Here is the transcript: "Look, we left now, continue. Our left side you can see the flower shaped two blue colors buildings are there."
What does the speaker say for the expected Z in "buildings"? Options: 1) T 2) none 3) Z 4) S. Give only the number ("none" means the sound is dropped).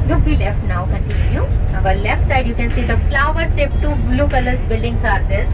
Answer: 4